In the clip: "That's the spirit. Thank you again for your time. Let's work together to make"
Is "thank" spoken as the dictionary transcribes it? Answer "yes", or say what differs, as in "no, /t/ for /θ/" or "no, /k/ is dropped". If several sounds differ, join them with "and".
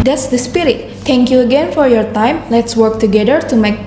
no, /t/ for /θ/